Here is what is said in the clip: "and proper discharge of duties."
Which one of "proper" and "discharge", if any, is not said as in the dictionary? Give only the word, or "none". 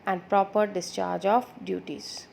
none